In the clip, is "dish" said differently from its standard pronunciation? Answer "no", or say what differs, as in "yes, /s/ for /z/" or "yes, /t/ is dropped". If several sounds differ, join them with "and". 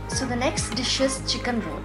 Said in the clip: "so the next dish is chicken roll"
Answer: no